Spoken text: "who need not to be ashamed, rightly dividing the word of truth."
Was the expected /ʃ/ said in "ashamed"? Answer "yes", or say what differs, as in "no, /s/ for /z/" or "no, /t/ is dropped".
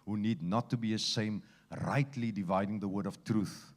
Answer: no, /s/ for /ʃ/